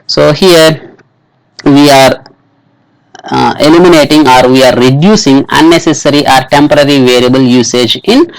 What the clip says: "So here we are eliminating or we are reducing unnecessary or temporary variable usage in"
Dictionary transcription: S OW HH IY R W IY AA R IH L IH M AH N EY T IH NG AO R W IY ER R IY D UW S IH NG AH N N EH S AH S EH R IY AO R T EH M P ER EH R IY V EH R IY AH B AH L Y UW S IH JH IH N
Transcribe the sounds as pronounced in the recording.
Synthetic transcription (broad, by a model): S OW HH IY R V IY AA R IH L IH M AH N EY T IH NG AO R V IY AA R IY D UW S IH NG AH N N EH S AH S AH R IY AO R T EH M P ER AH R IY V EH R IY AH B AH L Y UW S IH JH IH N